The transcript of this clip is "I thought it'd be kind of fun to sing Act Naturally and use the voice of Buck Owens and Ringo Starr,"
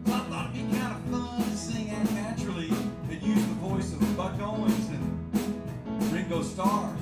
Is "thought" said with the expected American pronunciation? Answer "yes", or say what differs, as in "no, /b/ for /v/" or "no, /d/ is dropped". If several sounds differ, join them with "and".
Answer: no, /t/ is dropped